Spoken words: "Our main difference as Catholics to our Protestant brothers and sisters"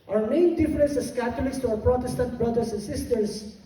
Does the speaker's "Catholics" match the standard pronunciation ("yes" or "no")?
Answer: no